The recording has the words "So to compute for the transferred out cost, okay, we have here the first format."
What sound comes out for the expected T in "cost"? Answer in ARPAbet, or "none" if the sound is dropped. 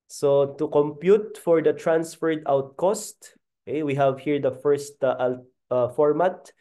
T